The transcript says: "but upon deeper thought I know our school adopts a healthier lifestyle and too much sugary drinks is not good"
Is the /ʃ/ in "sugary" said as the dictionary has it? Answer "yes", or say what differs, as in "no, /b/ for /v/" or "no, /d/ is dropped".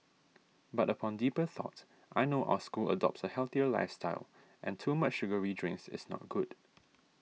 yes